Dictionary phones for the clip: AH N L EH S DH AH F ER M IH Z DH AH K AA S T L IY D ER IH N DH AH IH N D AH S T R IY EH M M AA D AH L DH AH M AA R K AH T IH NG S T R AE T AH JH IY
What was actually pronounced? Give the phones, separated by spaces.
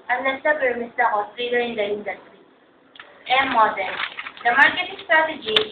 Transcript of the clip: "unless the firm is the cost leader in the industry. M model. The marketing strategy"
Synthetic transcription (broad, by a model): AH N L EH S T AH P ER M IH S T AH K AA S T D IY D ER IH N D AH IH N D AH S T R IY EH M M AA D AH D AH M AA R K AH T IH NG S T R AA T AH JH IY